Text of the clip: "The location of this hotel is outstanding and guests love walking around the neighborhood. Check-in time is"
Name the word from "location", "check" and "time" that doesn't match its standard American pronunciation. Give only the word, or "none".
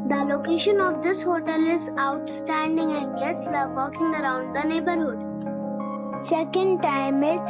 check